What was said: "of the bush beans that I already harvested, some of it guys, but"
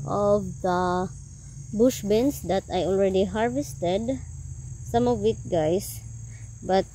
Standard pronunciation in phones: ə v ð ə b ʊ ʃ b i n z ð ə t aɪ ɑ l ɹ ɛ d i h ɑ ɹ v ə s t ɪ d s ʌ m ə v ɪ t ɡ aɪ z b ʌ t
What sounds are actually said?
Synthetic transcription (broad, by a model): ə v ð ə b ʊ ʃ b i n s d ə t aɪ ɑ l ɹ ɛ d i h ɑ ɹ v ə s t ɪ d s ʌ m ə v ɪ t ɡ aɪ s b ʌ t